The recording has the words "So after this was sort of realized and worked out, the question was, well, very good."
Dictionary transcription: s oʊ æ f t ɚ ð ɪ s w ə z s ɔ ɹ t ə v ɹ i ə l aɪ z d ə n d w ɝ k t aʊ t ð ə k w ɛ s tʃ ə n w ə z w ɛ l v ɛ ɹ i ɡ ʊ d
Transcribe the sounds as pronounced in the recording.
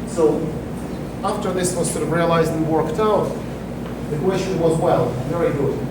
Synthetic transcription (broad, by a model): s oʊ æ f t ɚ ð ɪ s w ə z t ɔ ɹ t ə v ɹ i ə l aɪ z d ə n w ɝ k t aʊ t ð ə k w ɛ s tʃ ə n w ə z w ɛ l v ɛ ɹ i ɡ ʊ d